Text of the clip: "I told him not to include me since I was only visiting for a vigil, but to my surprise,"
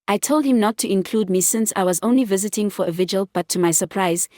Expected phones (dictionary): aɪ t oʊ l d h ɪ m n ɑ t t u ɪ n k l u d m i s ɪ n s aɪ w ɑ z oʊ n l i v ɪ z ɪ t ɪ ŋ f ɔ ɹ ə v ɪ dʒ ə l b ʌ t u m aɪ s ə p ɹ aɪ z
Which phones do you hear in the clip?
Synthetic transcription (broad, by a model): aɪ t oʊ l d h ɪ m n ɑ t t u ɪ n k l u d m i s ɪ n s aɪ w ɑ z oʊ n l i v ɪ z ɪ t ɪ ŋ f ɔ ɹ ə v ɪ dʒ ə l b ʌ t u m aɪ s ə p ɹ aɪ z